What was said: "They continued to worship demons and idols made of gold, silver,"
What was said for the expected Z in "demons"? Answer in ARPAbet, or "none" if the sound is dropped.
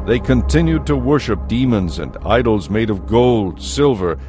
Z